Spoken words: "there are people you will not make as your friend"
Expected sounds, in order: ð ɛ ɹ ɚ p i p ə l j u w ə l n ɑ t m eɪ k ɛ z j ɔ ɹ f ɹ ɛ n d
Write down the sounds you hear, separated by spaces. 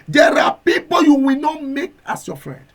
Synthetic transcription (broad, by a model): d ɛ ɹ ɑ p i p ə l j u w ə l n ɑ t m eɪ k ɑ s j ɔ f ɹ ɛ n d